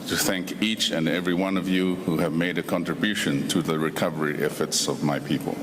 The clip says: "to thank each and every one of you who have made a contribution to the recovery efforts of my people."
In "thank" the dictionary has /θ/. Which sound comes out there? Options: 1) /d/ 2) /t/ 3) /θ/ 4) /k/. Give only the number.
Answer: 3